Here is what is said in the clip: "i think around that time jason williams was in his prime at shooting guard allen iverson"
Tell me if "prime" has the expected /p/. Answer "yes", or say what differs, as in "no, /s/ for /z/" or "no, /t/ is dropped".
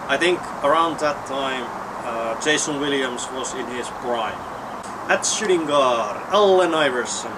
no, /b/ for /p/